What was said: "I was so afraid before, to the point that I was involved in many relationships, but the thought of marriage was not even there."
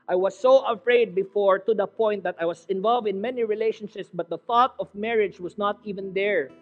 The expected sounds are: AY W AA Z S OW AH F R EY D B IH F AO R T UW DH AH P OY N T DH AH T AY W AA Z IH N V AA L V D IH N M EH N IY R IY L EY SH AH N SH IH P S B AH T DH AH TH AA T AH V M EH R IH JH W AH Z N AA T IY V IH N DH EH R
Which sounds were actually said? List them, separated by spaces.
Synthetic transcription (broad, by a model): AY W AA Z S OW AH F R EY D B IH F AO R T UW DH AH P OY N T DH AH T AY W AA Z IH N V AA L V D IH N M EH N IY R IY L EY SH AH N SH IH P S B AH T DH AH TH AA T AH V M EH R IH JH W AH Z N AA T IY V IH N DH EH R